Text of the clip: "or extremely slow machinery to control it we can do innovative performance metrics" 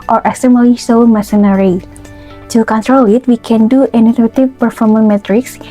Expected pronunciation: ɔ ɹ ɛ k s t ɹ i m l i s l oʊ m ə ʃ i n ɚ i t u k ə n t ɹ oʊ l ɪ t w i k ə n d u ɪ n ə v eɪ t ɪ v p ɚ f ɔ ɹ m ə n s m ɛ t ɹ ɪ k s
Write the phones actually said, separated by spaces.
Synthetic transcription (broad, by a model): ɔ ɹ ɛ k s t i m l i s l m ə s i n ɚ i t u k ə n t ɹ oʊ l ɪ t w i k ə n d u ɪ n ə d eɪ t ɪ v p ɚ f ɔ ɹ m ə n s m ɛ t ɹ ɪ k s